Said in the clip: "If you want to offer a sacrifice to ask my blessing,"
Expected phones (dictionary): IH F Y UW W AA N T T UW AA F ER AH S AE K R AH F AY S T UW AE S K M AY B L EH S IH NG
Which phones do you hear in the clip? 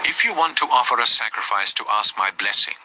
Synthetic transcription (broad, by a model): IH F Y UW W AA N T T UW AA F ER AH S AE K R AH F AY S T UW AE S K M AY B L EH S IH NG